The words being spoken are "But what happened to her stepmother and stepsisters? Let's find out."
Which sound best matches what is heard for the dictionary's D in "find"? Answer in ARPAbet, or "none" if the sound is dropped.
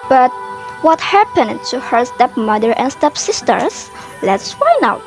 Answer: none